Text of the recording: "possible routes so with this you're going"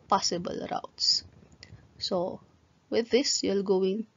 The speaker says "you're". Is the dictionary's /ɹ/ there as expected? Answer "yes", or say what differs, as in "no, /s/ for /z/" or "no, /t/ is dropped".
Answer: no, /l/ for /ɹ/